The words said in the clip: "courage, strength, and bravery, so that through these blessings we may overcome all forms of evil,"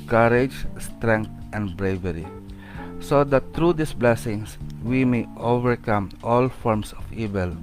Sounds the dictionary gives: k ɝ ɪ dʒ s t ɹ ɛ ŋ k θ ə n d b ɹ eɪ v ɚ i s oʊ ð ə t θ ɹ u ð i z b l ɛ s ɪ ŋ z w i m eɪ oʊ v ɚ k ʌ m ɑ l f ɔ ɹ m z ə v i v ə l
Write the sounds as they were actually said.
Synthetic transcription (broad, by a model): k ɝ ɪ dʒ s t ɹ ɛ ŋ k t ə n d b ɹ eɪ v ɚ i s oʊ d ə t t ɹ u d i s b l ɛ s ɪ ŋ s w i m eɪ oʊ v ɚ k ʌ m ɑ l f ɔ ɹ m s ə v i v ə l